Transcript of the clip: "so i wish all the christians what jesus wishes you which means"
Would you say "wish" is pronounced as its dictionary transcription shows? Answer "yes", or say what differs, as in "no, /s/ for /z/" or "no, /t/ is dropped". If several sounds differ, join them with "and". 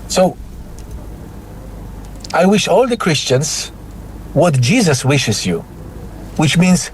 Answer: yes